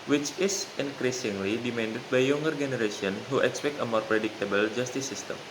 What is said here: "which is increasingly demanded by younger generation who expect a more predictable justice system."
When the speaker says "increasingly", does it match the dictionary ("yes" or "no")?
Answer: yes